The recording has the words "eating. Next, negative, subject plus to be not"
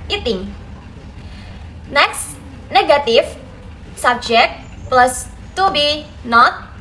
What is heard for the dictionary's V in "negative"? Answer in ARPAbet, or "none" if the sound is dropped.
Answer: F